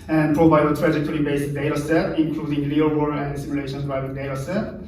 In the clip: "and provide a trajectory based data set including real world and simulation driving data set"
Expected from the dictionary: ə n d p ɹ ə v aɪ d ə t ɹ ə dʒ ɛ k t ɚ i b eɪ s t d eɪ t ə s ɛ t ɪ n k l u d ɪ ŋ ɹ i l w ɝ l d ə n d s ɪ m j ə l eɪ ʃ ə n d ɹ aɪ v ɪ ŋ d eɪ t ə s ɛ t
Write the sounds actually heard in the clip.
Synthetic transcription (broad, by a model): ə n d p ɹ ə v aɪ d ə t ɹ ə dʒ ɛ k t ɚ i b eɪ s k d eɪ t ə s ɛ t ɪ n k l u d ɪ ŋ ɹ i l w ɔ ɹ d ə s ɪ m j ə l eɪ ʃ ə n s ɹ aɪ ɪ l d eɪ t ə s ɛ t